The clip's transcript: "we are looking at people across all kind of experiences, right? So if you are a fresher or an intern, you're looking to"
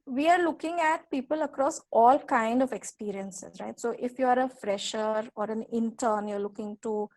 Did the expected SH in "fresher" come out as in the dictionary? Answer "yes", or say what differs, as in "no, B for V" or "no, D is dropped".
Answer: yes